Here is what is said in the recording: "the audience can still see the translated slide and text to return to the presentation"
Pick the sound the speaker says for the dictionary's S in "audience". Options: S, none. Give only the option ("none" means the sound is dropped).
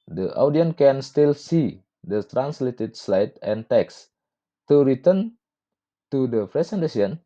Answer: none